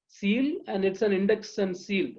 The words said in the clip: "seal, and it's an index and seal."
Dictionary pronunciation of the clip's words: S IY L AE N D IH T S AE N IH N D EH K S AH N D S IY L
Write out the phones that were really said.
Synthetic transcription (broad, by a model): S IY L AE N D IH T S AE N IH N D EH K S AH N D S IY L